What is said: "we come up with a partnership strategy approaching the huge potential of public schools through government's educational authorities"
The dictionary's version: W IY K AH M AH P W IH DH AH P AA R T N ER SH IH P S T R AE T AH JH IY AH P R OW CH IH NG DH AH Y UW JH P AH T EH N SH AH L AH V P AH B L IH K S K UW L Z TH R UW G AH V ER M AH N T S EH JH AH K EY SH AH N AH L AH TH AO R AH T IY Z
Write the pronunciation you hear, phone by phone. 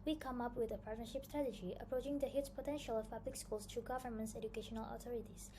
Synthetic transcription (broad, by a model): W IY K AH M AH P W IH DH AH P AA R T N ER SH IH P S T R AE T AH JH IY AH P R OW CH IH NG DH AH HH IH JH P AH T EH N SH AH L AH V P AH B L IH K S K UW L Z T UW G AH V ER M AH N T S EH JH AH K EY SH AH N AH L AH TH AO R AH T IY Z